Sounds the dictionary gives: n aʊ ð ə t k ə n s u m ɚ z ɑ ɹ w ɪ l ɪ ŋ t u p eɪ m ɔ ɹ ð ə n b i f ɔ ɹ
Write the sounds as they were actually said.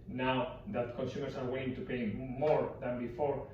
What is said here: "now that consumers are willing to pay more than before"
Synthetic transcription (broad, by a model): n aʊ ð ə t k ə n s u m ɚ s ɑ ɹ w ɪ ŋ t u p eɪ m ɔ ɹ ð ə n b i f ɔ ɹ